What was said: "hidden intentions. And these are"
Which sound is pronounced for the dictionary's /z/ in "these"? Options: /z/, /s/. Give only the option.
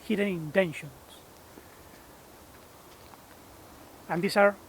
/s/